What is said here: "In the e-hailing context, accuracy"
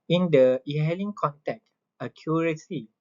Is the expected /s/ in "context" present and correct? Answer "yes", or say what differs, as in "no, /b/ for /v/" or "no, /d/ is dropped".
no, /s/ is dropped